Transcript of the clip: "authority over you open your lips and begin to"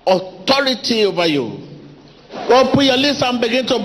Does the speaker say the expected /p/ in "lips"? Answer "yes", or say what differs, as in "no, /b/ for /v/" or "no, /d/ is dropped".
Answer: no, /p/ is dropped